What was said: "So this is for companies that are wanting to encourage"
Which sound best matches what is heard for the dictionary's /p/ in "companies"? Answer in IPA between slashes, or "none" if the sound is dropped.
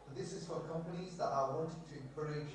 /p/